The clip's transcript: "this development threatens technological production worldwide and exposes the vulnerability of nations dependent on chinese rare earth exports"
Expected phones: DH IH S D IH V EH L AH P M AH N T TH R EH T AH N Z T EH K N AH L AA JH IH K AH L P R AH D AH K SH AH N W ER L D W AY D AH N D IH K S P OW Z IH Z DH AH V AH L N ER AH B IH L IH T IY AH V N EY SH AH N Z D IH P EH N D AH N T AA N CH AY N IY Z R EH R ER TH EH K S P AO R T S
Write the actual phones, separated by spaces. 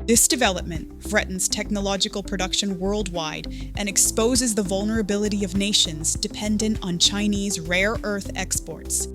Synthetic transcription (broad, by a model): DH IH S D IH V EH L AH P M AH N T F R EH T N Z T EH K N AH L AA JH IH K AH L P R AH D AH K SH AH N W ER L D W AY D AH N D IH K S P OW Z IH Z DH AH V AH L N ER AH B IH L IH T IY AH V N EY SH AH N Z D IH P EH N D AH N T N CH AY N IY Z R EH R ER TH EH K S P AO R T S